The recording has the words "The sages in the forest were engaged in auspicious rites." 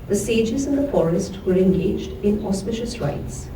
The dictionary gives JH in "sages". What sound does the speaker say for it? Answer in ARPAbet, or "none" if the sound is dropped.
JH